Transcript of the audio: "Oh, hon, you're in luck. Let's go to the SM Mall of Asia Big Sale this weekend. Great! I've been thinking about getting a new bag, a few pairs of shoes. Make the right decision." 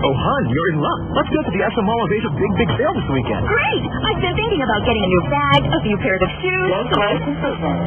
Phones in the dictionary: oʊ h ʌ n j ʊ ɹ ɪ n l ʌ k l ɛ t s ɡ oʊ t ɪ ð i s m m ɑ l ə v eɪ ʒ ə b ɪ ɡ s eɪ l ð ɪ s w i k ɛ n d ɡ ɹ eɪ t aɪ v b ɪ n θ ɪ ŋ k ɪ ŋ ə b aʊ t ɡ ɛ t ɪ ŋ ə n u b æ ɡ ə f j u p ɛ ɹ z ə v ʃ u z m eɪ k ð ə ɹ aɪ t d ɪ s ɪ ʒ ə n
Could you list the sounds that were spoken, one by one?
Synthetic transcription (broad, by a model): oʊ h ʌ n j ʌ ɹ ɪ n l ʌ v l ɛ t s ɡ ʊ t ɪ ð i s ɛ m ɑ l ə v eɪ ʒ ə b ɪ ɡ s eɪ l ð ɪ s w i k ɛ n d ɡ ɹ eɪ t aɪ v b ɪ n θ ɪ ŋ k ɪ ŋ ə b aʊ t ɡ ɛ t ɪ ŋ ə n u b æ ɡ ə f j u p ɛ ɹ z ə v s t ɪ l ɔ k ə